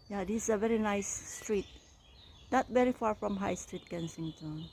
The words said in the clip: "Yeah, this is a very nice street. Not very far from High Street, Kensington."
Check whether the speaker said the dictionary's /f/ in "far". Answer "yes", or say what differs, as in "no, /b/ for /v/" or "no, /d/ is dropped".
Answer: yes